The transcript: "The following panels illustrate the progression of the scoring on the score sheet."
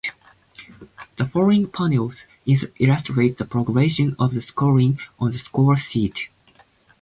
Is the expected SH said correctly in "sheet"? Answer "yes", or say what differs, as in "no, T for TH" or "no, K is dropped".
no, S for SH